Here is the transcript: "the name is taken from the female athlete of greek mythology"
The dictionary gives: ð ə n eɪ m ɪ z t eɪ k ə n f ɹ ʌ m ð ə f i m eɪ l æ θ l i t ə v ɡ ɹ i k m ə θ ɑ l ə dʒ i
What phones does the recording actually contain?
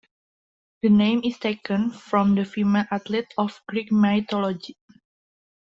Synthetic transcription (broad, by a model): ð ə n eɪ m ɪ s t eɪ k ə n f ɹ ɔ m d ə f i m eɪ l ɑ t l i t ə f ɡ ɹ i k m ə t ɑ l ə dʒ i